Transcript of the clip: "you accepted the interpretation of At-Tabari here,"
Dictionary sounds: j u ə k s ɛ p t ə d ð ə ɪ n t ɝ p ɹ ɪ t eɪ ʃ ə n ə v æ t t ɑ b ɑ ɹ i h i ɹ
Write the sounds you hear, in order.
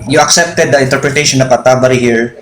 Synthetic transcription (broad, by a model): j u ə k s ɛ p t ə d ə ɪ n t ɝ p ɹ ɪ t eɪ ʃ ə n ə p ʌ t t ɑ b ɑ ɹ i h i ɹ